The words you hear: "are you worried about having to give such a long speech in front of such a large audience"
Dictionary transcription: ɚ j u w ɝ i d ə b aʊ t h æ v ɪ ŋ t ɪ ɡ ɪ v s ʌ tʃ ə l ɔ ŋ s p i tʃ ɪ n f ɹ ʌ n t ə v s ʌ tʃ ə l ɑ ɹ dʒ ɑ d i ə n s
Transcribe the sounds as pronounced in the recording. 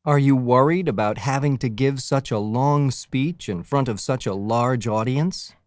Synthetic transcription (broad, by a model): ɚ j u w ɝ i d ə b aʊ t h æ v ɪ ŋ t ɪ ɡ ɪ v s ʌ tʃ ə l ɔ ŋ s p i tʃ ɪ n f ɹ ʌ n t ə v s ʌ tʃ ə l ɑ ɹ dʒ ɑ d i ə n s